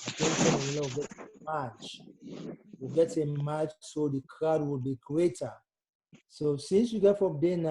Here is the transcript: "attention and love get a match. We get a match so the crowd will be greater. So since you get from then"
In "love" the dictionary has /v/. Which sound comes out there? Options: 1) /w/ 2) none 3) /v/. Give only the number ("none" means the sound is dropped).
1